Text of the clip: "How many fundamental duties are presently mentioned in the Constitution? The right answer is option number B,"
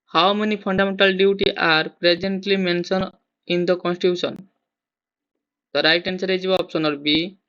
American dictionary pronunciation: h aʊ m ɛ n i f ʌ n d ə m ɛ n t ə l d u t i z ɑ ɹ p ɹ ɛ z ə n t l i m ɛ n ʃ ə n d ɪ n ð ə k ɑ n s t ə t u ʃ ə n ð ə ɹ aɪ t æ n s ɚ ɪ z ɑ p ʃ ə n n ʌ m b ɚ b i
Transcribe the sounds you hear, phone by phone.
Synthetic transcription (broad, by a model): h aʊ m ɛ n i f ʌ n d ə m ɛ n t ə l d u t i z ɑ ɹ p ɹ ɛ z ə n t l i m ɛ n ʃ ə n ɪ n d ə k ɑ n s t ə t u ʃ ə n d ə ɹ aɪ t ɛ n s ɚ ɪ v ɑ p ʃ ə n n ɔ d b b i